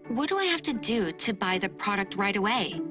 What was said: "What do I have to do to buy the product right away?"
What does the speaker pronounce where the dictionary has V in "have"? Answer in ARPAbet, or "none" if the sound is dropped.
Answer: F